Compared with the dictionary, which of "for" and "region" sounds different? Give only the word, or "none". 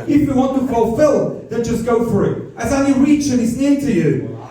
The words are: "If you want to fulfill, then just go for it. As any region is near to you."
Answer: region